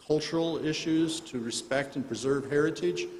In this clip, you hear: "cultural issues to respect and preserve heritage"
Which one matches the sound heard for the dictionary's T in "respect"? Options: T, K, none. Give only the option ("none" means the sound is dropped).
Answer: T